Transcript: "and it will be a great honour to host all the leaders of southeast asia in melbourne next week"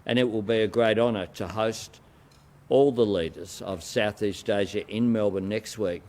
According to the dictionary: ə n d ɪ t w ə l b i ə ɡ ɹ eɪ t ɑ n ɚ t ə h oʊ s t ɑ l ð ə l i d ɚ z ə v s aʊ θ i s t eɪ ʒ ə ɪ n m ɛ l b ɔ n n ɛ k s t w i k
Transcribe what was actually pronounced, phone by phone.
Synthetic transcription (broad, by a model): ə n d ɪ t w ə l b i ə ɡ ɹ eɪ t ɑ n ɚ t ə h oʊ s t ɑ l ð ə l i d ɚ z ə v s aʊ θ i s t eɪ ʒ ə ɪ n m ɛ l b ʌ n n ɛ k s t w i k